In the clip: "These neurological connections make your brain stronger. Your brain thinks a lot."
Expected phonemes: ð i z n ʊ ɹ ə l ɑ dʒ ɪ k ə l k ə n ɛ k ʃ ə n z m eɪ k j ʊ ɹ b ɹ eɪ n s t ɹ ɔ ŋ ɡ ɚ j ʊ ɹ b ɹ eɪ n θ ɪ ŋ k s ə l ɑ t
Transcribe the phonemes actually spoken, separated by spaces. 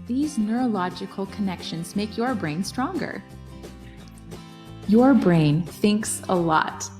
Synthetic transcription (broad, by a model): ð i z n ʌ ɹ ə l ɑ dʒ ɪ k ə l k ə n ɛ k ʃ ə n z m eɪ k j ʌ ɹ b ɹ eɪ n s t ɹ ɔ ŋ ɡ ɚ j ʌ ɹ b ɹ eɪ n θ ɪ ŋ k s ə l ɑ t